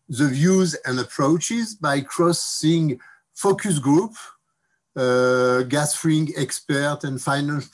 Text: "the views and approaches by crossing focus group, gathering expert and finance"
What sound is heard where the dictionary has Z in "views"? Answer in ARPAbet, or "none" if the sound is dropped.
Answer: Z